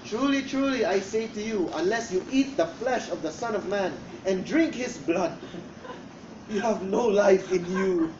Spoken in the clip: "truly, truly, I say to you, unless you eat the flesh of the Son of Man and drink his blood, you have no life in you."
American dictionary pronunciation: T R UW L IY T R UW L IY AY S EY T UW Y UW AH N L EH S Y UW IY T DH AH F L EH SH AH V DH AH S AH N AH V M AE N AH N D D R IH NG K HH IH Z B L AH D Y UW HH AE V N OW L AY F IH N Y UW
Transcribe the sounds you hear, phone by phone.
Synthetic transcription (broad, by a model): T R UW L IY T R UW L IY AY S EY T UW Y UW AH N L EH S Y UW IY T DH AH F L EH SH AH V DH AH S AH N AH V M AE N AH N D D R IH NG K HH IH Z B L AH D Y UW HH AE V N OW L AY F IH N Y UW